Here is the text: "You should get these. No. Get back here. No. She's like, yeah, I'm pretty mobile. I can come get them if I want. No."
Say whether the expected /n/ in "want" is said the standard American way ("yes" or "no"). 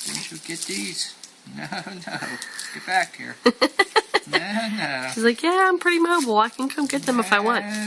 yes